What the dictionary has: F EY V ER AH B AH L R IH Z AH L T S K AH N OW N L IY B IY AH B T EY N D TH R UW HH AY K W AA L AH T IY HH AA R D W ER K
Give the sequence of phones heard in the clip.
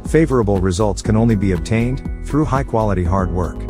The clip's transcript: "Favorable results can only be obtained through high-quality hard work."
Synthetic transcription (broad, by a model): F EY V ER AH B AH L R IH Z AH L T S K AH N OW N L IY B IY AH B T EY N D TH R UW HH AY K W AA L AH T IY HH AA R D W ER K